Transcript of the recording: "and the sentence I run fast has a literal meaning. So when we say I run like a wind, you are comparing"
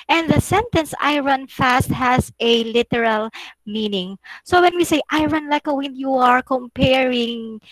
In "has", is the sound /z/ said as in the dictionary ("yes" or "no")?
no